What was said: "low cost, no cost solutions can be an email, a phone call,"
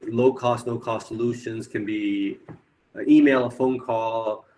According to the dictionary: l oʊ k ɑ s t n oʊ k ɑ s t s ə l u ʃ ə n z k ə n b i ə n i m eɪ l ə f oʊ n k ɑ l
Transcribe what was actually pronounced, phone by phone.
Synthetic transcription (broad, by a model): l oʊ k ɑ s t l oʊ k ɑ s t s ə l u ʃ ə n z k ə n b i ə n i m eɪ l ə f oʊ n k ɑ l